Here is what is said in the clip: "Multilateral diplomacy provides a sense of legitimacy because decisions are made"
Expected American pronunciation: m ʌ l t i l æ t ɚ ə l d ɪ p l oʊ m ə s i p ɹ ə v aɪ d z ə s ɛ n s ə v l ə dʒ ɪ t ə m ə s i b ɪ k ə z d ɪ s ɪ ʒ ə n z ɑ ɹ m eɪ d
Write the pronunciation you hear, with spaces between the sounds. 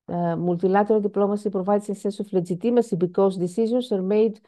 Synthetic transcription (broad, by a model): m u l t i l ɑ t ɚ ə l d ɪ p l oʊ m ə s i p ɹ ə v aɪ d s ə s ɛ n s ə f l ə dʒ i t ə m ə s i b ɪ k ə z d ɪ s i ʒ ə n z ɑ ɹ m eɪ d